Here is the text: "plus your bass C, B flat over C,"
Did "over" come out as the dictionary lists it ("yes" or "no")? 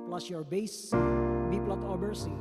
no